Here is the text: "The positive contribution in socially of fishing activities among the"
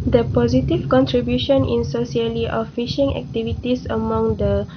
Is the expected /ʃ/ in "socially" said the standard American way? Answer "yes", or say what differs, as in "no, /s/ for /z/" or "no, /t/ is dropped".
no, /s/ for /ʃ/